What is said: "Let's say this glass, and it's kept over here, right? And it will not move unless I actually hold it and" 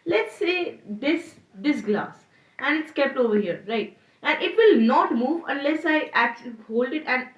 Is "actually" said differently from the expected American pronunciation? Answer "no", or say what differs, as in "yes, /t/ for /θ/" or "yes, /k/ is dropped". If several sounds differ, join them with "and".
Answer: no